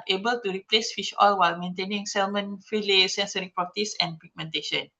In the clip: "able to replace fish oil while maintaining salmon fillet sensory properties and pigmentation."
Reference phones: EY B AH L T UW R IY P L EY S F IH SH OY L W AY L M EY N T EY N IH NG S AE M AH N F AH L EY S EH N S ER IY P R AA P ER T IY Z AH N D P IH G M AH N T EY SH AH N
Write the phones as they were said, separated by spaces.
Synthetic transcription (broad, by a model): EY B AH L T UW R IY P L EY S F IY SH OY L W AY L M EY N T EY N IH NG S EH M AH N F AH L EY S EH N S ER IY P AA T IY S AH N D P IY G M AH N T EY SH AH N